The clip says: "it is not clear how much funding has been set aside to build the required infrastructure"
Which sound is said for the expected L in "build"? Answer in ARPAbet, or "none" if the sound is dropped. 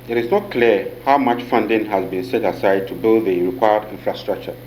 L